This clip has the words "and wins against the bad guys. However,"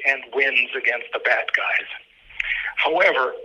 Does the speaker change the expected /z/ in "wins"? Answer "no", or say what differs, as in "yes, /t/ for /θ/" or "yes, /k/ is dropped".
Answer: no